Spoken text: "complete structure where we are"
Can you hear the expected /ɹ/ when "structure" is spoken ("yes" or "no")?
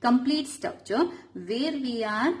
no